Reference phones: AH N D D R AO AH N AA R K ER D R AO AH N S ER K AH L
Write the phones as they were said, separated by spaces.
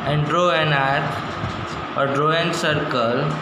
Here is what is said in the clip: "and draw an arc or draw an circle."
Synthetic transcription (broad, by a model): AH N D D R AO AH N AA R ER D R AO AH N S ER K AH L